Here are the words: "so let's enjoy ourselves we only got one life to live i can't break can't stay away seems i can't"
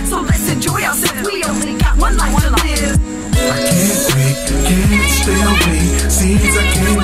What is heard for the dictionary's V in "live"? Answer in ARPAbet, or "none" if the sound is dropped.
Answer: none